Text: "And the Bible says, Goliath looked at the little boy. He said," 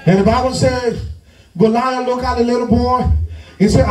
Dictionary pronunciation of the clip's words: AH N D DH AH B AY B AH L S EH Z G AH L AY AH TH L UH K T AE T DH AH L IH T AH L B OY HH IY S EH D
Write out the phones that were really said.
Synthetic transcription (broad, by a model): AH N DH AH B AY B AH L S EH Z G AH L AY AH L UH K AE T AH L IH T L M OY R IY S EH